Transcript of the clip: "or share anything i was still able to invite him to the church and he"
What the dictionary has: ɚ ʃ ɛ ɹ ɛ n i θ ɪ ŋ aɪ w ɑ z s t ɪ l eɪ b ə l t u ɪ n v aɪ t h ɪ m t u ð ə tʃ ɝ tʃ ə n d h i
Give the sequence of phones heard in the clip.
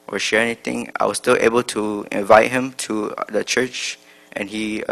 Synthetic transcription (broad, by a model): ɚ ʃ ɛ ɹ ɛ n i t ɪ ŋ aɪ w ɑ s t ɪ l eɪ b ə l t u ɪ n v aɪ t h ɪ m t u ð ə tʃ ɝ tʃ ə n h i